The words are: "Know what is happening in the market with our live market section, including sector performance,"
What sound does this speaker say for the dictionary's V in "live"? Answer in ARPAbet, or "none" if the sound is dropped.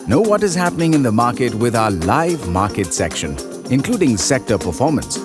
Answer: V